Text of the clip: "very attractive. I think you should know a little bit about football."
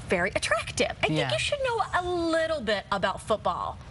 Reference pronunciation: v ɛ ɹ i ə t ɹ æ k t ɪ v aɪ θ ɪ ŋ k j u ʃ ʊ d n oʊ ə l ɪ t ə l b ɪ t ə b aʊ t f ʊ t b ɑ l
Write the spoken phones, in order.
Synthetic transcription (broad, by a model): v ɛ ɹ i ə t ɹ æ k t ɪ v aɪ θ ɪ k j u ʃ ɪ d n oʊ ə l ɪ t l b ɪ t ə b aʊ t f ʊ t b ɑ l